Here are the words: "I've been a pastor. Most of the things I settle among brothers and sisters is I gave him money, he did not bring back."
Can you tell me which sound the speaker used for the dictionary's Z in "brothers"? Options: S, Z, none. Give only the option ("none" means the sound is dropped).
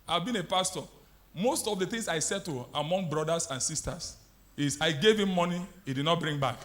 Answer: S